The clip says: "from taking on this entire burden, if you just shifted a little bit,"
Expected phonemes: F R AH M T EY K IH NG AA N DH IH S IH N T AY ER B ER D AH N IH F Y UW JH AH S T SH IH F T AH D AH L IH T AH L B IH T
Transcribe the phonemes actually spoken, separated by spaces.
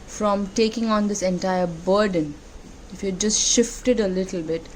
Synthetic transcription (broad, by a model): F R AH M T EY K IH NG AA N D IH S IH N T AY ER B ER D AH N IH F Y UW JH AH S T SH IH F T AH D AH L IH T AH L B IH T